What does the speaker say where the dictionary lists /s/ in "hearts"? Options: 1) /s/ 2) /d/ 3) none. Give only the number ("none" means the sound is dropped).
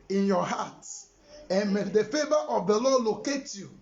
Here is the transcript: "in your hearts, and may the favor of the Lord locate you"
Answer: 3